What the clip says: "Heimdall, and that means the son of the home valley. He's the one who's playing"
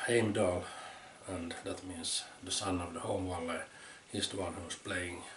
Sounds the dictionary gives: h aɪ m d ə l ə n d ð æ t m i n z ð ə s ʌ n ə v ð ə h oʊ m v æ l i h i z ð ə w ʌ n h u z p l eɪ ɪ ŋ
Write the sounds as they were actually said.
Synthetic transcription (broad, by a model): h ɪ m d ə l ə n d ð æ t m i n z ð ə s ʌ n ə v ð ə h oʊ m w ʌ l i h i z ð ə w ʌ n h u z p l eɪ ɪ ŋ